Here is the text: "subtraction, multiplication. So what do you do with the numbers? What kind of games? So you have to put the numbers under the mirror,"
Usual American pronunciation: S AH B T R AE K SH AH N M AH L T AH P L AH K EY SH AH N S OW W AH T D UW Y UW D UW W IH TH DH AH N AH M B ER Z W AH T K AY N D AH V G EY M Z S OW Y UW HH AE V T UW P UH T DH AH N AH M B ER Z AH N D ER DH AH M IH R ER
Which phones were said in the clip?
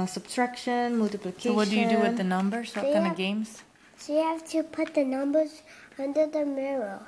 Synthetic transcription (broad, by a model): S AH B T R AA K SH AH N M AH L T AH P L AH K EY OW W AH T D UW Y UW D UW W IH DH AH N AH M B ER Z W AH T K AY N AH V G EY M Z S OW Y UW HH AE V T UW P UH T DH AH N AH M B ER Z AH N D ER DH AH M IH R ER